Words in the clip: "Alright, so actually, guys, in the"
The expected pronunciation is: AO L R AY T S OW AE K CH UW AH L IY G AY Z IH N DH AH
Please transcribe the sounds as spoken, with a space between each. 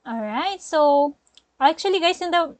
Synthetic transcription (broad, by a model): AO L R AY T S OW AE K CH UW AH L IY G AY S IH N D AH